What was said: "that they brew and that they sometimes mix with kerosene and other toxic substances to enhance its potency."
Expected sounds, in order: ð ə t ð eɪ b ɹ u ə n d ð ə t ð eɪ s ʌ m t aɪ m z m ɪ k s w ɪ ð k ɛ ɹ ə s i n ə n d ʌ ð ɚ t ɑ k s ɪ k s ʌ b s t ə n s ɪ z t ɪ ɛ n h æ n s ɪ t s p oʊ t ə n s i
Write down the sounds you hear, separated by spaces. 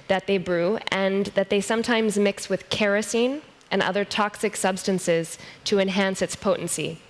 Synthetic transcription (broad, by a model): ð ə t ð eɪ b ɹ u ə n ð ə t ð eɪ s ʌ m t aɪ m z m ɪ k s w ɪ ð k ɛ ɹ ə s i n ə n ʌ ð ɚ t ɑ k s ɪ k s ʌ b s t ə n s ɪ z t ɪ ɛ n h æ n s ɪ t s p oʊ t n s i